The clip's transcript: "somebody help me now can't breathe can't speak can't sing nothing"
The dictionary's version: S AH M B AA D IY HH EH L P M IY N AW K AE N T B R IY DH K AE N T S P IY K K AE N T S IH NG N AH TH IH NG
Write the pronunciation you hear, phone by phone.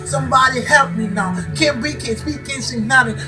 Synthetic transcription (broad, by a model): S AH M B AA D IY HH EH L P M IY N AW K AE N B IY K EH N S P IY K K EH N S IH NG N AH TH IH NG